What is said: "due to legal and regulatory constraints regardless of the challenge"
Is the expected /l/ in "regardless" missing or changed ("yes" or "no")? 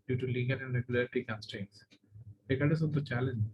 yes